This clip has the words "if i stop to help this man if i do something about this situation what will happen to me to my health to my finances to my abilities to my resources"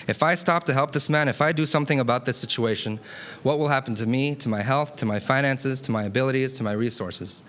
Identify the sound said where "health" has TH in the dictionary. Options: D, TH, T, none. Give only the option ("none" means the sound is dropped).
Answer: TH